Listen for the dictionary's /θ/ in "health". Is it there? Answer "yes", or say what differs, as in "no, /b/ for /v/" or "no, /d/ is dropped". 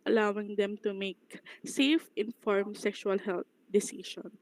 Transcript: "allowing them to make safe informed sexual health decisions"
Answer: no, /t/ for /θ/